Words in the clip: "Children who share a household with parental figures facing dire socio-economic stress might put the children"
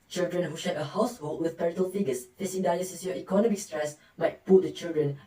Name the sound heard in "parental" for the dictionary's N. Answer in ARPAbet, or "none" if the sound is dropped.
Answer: none